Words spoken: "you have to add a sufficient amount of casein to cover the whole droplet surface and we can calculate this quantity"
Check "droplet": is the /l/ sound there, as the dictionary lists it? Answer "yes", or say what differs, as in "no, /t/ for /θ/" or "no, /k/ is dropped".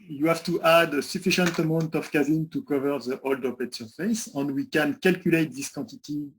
no, /l/ is dropped